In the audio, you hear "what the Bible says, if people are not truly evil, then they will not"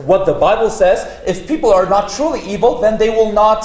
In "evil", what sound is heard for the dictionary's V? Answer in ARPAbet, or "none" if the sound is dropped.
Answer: V